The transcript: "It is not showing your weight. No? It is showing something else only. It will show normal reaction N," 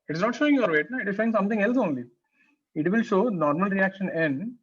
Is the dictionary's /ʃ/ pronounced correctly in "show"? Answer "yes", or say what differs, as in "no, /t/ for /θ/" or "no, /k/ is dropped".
yes